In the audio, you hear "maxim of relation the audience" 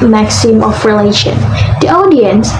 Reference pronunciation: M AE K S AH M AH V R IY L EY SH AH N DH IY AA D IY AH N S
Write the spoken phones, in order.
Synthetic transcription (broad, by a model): M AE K S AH M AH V R IY L EY SH AH N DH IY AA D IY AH N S